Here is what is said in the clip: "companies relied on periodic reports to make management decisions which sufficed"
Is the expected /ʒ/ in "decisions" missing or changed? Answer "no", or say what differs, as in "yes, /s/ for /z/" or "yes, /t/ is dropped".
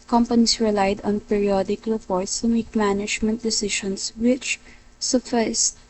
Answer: yes, /ʃ/ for /ʒ/